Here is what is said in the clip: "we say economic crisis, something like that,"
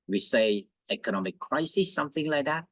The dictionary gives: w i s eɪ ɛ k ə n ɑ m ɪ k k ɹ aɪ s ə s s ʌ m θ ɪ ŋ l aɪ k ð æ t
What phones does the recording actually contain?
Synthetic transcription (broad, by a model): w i s eɪ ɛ k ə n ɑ m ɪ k k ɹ aɪ s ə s s ʌ m θ ɪ ŋ l aɪ k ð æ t